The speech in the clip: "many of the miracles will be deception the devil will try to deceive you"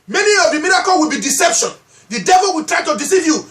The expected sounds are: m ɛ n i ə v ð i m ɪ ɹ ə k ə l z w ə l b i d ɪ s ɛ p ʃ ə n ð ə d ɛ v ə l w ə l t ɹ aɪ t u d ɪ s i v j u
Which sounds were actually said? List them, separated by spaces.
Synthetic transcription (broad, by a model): m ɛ n i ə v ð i m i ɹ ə k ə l w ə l b i d ɪ s ɛ p ʃ ə n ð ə d ɛ v ə l w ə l t ɹ aɪ t u d ɪ s i v j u